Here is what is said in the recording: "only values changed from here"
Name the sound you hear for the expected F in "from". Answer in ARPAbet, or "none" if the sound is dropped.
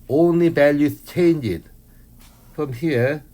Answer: F